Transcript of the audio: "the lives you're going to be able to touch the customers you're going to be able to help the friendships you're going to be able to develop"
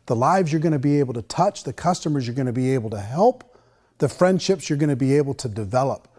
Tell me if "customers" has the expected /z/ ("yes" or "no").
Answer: yes